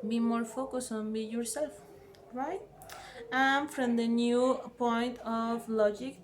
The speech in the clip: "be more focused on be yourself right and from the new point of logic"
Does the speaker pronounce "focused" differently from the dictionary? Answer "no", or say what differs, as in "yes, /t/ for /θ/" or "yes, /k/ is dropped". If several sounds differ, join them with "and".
yes, /t/ is dropped